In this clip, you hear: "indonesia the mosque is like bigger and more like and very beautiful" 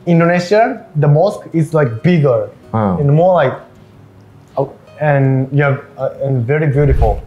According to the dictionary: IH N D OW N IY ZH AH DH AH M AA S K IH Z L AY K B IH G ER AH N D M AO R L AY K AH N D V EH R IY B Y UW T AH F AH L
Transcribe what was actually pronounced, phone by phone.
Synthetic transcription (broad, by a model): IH N D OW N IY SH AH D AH M AA S K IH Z L AY K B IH G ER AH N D M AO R L AY K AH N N V EH R IY B Y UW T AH F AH L